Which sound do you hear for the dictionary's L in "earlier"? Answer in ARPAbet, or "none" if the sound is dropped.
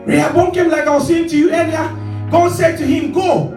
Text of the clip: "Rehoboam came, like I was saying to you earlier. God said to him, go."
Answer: N